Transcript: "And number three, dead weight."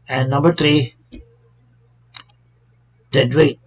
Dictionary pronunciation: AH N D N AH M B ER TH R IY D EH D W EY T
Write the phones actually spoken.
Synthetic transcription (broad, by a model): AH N N AH M B ER T R IY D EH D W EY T